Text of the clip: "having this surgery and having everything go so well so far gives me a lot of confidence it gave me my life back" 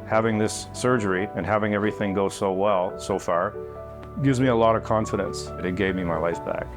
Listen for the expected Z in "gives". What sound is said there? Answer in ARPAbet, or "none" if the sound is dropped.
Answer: Z